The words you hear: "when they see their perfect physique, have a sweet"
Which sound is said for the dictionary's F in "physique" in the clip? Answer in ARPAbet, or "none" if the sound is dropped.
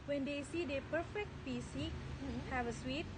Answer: P